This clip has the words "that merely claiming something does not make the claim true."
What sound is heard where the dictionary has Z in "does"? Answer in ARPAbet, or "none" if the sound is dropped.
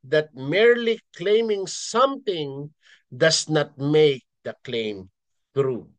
S